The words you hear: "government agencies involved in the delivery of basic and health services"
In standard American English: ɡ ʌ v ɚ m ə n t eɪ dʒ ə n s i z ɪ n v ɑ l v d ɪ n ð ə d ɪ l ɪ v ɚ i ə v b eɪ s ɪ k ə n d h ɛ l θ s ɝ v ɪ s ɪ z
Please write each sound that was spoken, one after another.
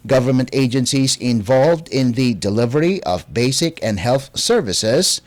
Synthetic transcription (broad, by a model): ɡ ʌ v ɚ m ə n t eɪ dʒ ə n s i z ɪ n v ɑ l v d ɪ n ð ə d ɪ l ɪ v ɚ i ə v b eɪ s ɪ k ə n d h ɛ l θ s ɝ v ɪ s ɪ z